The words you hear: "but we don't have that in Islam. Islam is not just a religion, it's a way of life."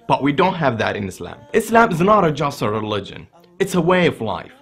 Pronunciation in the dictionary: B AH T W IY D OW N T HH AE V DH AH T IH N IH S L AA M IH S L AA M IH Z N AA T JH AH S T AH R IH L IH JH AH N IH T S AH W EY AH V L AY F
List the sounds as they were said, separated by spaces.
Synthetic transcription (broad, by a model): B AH T W IY D OW N T HH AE V DH AH T IH N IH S L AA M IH S L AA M IH Z N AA T JH AH S T AH R IH L IH JH AH N IH T S AH W EY AH V L AY F